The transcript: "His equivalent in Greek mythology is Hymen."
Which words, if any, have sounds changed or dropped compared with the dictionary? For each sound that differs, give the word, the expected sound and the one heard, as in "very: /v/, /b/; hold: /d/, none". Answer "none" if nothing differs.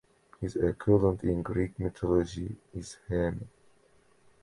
equivalent: /v/, none; mythology: /θ/, /t/; hymen: /n/, none